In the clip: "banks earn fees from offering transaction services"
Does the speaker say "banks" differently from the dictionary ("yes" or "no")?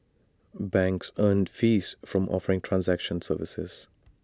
no